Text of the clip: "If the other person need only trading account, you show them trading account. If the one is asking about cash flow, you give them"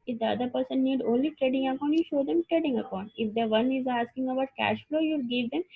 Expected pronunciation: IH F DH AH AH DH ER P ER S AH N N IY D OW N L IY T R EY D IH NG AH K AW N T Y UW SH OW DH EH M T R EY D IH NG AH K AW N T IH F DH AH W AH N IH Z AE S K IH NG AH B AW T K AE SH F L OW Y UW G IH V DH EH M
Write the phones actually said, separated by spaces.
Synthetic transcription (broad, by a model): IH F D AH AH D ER P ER S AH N N IY D OW N L IY T R EY D IH NG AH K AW N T Y UW SH OW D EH M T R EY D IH NG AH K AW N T IH F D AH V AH N IH Z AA S K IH NG AH B AW T K AE SH F L OW Y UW G IH V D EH M